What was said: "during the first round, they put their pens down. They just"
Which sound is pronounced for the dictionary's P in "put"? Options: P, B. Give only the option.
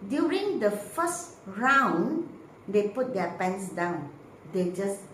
P